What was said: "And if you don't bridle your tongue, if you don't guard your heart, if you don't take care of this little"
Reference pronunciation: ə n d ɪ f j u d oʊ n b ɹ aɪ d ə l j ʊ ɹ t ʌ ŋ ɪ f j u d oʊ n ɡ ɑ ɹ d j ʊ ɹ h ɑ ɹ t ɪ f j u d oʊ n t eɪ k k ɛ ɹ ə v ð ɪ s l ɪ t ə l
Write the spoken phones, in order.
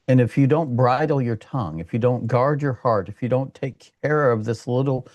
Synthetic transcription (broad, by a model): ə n ɪ f j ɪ d oʊ n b ɹ aɪ d l j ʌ ɹ t ʌ ŋ ɪ f j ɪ d oʊ n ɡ ɑ ɹ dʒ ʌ ɹ h ɑ ɹ t ɪ f j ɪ d oʊ n t eɪ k k ɛ ɹ ə v ð ɪ s l ɪ t l